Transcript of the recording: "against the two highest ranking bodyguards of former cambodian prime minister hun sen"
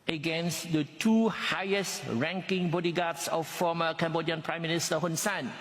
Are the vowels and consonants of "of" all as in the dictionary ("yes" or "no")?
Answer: no